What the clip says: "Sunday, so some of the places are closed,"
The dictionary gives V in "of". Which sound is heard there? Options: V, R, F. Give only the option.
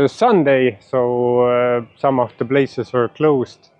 F